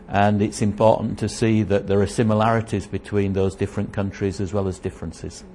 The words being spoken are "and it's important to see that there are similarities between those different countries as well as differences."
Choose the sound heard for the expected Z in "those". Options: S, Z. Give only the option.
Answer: Z